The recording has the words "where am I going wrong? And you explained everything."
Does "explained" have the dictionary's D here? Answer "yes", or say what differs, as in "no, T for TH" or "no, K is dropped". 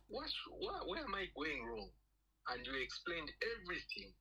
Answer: yes